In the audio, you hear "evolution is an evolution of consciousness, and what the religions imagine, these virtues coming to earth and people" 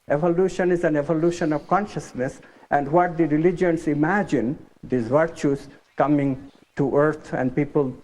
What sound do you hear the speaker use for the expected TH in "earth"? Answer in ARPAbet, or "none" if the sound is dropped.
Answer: T